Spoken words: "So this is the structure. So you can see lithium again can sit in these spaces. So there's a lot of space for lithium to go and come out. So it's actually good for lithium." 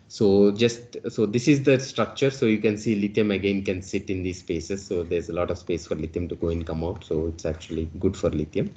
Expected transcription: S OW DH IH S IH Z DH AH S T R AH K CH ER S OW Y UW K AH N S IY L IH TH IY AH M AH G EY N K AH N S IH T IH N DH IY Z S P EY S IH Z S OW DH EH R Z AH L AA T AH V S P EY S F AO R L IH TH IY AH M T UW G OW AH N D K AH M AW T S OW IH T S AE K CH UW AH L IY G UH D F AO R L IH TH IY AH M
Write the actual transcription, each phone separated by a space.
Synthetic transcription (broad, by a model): S OW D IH S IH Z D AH S T R AH K CH ER S OW Y UW K AH N S IY L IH T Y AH M AH G EY N K AH N S IH T IH N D IY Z S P EY S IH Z S OW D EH R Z AH L AA T AH V S P EY S F AO R L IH T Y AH M T UW G OW AH N D K AH M AW T S OW IH T S AE K CH UW AH L IY G UH D F AO R L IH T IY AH M